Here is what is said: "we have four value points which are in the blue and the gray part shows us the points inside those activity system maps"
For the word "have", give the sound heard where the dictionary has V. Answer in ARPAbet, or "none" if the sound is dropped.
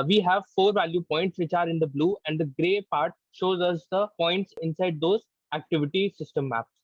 V